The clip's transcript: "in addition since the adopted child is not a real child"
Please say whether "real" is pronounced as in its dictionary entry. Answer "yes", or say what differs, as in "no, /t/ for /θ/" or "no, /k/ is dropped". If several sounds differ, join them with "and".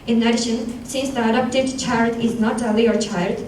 no, /l/ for /ɹ/